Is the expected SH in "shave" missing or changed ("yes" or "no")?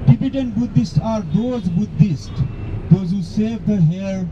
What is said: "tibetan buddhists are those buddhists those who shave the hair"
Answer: yes